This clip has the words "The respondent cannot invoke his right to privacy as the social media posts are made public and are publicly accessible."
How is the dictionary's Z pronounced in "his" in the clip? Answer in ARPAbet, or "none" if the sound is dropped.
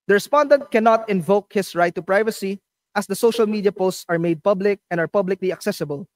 S